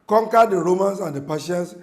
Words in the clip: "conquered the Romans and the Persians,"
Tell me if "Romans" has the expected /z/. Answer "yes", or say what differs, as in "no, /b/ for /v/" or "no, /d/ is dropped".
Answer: no, /s/ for /z/